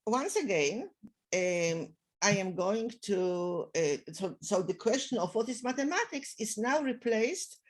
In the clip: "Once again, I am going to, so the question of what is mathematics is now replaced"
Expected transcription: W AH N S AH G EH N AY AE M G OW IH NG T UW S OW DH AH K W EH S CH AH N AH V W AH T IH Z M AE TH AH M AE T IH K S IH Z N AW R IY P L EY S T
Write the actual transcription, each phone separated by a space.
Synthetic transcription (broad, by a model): W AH N S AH G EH N AY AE M G OW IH NG T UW S OW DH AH K W EH S CH AH N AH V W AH T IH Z M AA T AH M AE T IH K S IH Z N AW R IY P L EY S T